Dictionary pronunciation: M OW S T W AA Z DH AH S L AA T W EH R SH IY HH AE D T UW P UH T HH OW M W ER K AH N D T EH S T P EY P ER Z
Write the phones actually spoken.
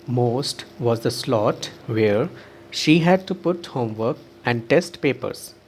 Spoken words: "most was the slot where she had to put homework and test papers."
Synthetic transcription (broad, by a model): M OW S T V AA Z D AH S L AA T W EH R SH IY HH AE D T UW P UH T HH OW M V ER K AH N D T EH S T P EY P ER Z